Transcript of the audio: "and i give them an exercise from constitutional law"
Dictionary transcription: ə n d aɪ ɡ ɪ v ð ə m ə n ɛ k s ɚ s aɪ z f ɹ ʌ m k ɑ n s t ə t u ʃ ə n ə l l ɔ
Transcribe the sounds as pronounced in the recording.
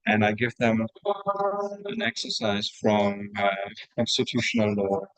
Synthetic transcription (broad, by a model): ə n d aɪ ɡ ɪ v ð ə m ə n ɛ k s ɚ s aɪ z f ɹ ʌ m k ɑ n s t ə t u ʃ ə n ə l l ɔ